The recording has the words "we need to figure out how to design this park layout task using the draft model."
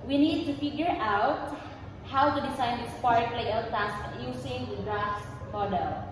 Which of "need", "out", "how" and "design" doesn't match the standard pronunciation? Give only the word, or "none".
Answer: design